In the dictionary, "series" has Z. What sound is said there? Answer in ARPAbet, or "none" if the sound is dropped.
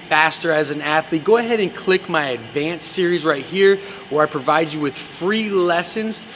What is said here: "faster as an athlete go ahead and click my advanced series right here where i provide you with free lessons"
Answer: Z